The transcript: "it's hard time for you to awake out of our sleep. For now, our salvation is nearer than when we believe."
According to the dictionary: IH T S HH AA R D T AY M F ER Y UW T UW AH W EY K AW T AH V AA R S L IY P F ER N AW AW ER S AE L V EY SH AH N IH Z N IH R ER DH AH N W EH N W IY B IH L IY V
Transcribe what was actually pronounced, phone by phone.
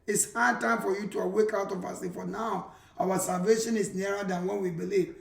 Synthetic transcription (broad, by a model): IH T S HH AA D T AY M F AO Y UW T UW AH W EY K AW T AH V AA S IY F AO N AW AW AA S AE L V EY SH AH N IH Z N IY R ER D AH N W EH N W IY B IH L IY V